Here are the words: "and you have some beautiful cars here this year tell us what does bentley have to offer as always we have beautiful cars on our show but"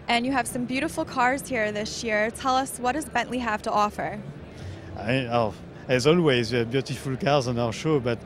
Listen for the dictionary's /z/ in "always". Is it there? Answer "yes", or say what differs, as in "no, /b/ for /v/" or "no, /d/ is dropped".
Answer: yes